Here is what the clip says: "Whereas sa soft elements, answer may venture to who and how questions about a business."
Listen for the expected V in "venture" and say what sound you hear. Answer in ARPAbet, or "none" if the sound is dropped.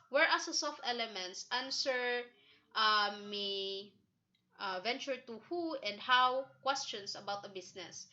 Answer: V